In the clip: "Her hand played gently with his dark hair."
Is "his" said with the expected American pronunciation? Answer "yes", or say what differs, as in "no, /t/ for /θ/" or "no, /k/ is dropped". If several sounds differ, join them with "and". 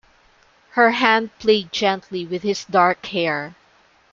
no, /s/ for /z/